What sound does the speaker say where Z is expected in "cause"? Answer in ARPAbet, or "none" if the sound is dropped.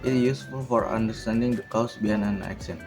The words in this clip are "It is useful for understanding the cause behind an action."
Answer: S